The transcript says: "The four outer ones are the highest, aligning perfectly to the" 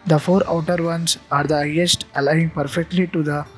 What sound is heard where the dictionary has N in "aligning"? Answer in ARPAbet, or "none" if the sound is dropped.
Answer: none